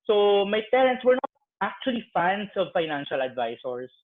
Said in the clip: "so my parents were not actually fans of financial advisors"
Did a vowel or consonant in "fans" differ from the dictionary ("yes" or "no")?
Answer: yes